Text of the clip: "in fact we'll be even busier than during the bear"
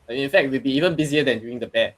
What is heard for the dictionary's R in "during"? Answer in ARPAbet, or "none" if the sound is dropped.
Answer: none